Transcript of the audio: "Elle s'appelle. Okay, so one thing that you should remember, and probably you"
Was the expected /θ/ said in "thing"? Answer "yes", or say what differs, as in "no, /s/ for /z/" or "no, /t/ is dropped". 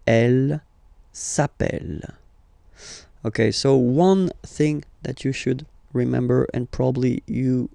yes